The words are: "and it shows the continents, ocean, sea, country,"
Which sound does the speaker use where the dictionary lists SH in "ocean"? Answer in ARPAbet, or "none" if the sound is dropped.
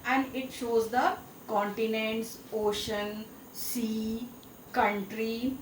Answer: SH